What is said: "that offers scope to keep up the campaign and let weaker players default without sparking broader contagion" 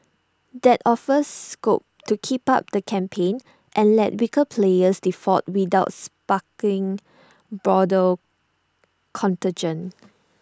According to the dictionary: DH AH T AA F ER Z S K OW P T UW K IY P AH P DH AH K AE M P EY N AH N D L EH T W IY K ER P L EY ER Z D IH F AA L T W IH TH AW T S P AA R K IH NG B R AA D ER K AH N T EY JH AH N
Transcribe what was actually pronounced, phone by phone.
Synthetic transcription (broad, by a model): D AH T AA F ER S K OW P T UW K IY P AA P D AH K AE M P EY N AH N L EH T W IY K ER P L EY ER S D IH F AA T W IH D AW T S P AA K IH NG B R AA D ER K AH N T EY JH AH N